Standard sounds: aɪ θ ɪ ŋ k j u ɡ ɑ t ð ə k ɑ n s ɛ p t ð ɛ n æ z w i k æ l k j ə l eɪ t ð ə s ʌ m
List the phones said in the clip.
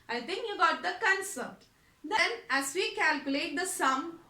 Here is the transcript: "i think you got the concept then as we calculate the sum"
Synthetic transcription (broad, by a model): aɪ t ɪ ŋ k j u ɡ ɑ t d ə k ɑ n s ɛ t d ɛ n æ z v i k æ l k j ə l eɪ t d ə s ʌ m